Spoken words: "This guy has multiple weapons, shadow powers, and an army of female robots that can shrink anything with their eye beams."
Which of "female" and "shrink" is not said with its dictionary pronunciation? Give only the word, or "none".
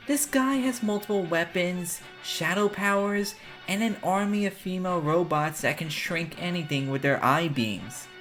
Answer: none